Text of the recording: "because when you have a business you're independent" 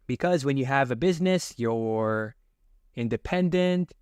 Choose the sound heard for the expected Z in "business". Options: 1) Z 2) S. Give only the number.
1